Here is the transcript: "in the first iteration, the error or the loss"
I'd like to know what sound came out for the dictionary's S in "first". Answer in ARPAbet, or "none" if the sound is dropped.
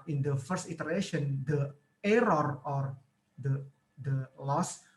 S